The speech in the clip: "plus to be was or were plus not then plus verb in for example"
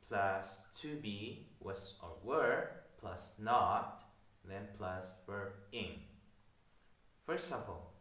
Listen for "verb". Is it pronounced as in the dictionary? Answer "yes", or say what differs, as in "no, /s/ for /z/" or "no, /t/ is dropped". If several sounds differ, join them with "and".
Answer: no, /w/ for /v/ and /b/ is dropped